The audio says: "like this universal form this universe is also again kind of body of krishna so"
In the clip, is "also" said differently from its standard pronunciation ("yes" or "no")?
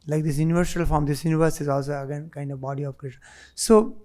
no